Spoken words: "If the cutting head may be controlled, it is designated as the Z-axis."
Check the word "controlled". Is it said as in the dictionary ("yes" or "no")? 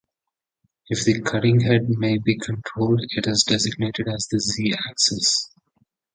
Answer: yes